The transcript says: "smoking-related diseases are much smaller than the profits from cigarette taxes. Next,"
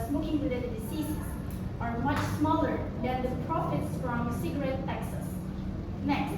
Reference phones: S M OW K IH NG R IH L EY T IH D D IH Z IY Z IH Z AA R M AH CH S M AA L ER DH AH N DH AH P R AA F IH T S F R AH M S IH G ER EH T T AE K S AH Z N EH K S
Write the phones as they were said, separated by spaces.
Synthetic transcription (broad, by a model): S M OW K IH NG W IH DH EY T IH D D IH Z IY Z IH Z AA R M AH CH S M AA L ER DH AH N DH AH P R AA F IH T S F R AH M S IH G ER EH T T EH K S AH S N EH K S